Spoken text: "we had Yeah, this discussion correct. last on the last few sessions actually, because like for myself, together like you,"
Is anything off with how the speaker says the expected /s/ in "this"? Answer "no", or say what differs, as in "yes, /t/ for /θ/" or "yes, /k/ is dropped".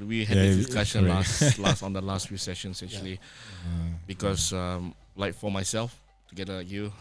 yes, /s/ is dropped